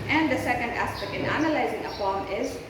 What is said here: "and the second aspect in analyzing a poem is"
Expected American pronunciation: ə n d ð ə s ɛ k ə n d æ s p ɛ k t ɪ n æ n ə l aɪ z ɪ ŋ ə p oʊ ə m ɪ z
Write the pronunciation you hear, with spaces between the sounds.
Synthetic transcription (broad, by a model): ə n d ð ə s ɛ k ə n d æ s p ɛ k t ɪ n æ n ə l aɪ z ɪ ŋ ə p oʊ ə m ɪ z